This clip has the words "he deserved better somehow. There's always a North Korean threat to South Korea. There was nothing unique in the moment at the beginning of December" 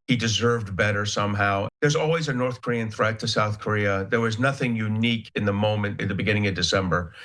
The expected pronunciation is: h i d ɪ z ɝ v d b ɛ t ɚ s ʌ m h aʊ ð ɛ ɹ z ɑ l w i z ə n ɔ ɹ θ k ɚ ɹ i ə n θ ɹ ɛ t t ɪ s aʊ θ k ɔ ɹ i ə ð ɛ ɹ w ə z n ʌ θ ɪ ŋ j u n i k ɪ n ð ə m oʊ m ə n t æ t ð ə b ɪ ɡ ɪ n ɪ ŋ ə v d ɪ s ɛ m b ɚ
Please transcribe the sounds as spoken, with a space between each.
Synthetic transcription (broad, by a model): h i d ɪ z ɝ v d b ɛ t ɚ s ʌ m h aʊ ð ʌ ɹ z ɑ l w i z ə n ɔ ɹ θ k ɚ ɹ i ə n θ ɹ ɛ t t ɪ s aʊ θ k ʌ ɹ i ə ð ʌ ɹ w ə z n ʌ θ ɪ ŋ j u n i k ɪ n ð ə m oʊ m ə n t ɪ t ð ə b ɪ ɡ ɪ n ɪ ŋ ə v d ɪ s ɛ m b ɚ